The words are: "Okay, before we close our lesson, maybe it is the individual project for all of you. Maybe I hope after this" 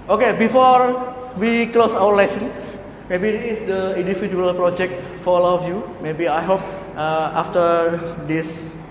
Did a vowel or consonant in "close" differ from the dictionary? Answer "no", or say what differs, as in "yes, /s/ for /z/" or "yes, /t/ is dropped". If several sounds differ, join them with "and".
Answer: no